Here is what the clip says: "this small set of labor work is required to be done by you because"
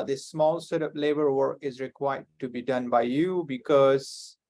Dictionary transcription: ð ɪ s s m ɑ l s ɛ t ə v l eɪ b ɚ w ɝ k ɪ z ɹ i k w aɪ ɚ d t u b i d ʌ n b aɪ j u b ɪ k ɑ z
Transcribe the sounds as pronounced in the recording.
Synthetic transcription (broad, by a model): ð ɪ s s m ɑ l s ɛ t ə p l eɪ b ɚ w ɝ k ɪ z ɹ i k w aɪ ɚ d t u b i d ʌ n b aɪ j u b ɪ k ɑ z